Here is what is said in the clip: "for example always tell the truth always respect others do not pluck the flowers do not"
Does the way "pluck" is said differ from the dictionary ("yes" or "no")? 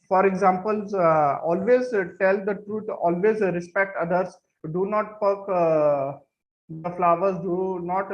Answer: yes